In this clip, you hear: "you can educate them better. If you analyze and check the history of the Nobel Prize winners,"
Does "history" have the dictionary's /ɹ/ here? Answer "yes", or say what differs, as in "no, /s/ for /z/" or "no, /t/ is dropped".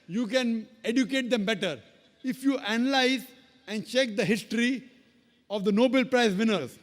yes